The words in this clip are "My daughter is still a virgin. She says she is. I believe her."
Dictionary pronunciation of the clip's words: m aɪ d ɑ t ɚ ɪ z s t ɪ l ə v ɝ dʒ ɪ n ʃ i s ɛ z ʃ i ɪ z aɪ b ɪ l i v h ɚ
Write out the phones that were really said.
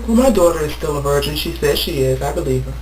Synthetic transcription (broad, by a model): m aɪ d ɑ t ɚ ɪ z s t ɪ l ə v ɝ dʒ ɪ n ʃ i s ɛ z ʃ i ɪ z aɪ b ɪ l i v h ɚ